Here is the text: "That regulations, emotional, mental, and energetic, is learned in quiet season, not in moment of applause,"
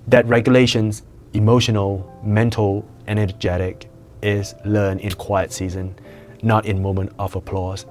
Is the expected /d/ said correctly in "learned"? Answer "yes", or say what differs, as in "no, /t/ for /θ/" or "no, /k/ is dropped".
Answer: no, /d/ is dropped